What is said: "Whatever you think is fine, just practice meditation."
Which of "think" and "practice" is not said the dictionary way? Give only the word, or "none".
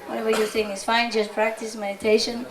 think